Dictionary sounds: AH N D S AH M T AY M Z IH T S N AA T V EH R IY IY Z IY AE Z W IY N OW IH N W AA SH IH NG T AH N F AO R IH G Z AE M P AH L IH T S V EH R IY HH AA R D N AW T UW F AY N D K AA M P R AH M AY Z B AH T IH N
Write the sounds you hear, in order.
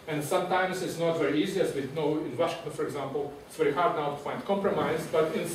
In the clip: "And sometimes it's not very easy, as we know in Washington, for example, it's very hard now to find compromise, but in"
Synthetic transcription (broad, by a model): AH N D S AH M T AY M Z IH T S N AA T V EH R IY IY Z IY AE Z W IY N OW IH N W AA SH IH NG T AH N F AO R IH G Z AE M P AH L IH T S V EH R IY HH AA R D N AW T UW F AY N D K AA M P R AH M AY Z B AH T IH N